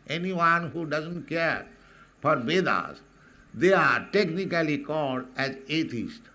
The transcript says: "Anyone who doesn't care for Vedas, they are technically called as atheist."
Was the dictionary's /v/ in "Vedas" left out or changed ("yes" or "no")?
yes